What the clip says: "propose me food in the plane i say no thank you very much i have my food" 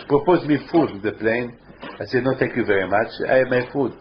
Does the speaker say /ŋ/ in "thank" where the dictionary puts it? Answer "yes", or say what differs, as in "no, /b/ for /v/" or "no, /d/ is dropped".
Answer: no, /ŋ/ is dropped